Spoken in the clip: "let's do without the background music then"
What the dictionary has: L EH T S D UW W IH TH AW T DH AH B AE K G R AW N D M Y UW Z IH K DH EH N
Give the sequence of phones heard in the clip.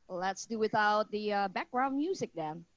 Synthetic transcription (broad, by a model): L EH T S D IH W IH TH AW T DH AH B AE K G R AW N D M Y UW Z IH K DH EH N